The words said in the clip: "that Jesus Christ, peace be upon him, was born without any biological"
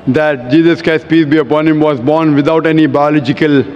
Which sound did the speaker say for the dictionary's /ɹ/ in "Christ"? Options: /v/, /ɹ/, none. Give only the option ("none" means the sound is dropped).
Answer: none